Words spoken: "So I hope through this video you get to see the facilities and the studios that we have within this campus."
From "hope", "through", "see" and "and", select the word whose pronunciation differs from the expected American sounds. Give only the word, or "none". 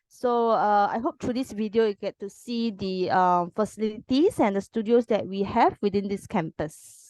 through